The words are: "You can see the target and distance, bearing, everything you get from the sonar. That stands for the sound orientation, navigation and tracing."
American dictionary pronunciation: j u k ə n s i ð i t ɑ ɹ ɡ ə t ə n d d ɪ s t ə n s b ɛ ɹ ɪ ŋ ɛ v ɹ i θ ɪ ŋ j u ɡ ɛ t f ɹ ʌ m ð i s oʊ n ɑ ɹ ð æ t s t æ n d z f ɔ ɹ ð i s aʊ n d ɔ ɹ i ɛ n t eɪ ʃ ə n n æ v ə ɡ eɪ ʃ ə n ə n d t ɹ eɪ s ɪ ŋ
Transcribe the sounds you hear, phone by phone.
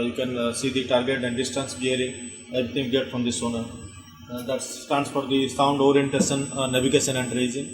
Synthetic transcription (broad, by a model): j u k ə n s i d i t ɑ ɹ ɡ ə t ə n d d ɪ s t ə n s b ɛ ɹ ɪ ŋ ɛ b ɹ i t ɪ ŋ ɡ ɛ t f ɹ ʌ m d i s oʊ n ɑ ɹ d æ t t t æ n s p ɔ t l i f aʊ n d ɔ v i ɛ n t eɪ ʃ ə n n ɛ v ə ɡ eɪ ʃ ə n ə n d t ɹ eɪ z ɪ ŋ